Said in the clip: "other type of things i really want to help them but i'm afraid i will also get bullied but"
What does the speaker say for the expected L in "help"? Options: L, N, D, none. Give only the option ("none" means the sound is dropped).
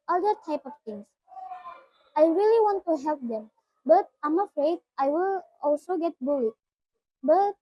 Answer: L